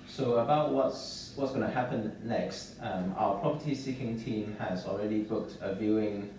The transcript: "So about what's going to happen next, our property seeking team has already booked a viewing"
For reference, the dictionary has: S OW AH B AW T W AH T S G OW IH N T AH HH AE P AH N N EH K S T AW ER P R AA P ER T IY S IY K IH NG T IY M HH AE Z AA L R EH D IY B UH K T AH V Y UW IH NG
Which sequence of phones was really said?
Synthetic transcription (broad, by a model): S OW AH B AW T W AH T S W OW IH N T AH HH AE P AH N N EH K S T AW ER P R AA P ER T IY S IY K IH NG T IY M HH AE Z AA L R EH D IY B UH K T AH V Y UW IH NG